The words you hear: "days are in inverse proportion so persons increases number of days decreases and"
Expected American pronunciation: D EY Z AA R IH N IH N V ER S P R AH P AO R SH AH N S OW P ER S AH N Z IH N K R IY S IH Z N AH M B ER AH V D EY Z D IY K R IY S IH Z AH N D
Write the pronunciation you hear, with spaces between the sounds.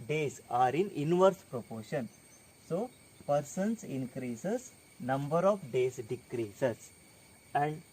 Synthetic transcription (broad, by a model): D EY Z AA R IH N IH N V ER S P R AH P AO R SH AH N S OW P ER S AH N S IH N K R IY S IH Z N AH M B ER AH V D EY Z D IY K R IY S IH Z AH N D